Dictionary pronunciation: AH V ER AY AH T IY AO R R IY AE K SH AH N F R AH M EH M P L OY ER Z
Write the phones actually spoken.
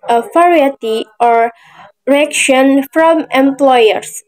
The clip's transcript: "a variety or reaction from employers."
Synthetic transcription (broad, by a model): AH F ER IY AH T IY AO R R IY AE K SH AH N F R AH M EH M P L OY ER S